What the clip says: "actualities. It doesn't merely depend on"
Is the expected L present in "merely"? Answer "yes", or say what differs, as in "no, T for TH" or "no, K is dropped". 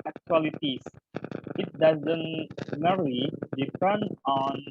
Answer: no, L is dropped